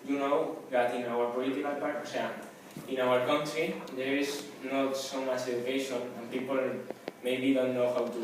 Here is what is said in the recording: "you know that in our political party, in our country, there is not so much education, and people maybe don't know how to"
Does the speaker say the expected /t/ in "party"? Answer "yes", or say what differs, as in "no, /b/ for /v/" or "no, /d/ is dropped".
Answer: no, /s/ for /t/